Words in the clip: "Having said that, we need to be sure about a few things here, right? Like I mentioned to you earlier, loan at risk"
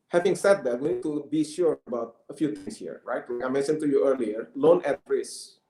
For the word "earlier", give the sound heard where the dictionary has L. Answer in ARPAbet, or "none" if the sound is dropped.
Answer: L